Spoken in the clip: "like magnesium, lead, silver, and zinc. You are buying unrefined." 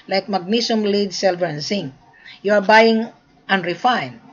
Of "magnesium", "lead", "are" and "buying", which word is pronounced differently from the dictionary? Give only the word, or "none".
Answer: magnesium